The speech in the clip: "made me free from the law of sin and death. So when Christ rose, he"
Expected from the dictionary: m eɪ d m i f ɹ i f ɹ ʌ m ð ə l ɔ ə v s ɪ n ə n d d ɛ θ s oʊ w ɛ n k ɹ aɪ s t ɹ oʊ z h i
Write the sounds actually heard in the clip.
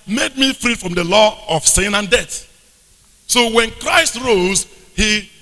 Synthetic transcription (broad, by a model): m eɪ d m i f ɹ i f ɹ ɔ m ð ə l ɔ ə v s ɪ n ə n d d ɛ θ s oʊ w ɛ n k ɹ aɪ s t ɹ oʊ z h i